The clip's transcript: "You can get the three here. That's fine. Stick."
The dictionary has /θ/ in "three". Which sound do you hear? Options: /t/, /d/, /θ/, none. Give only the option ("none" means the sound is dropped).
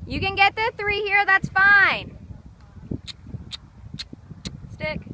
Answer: /θ/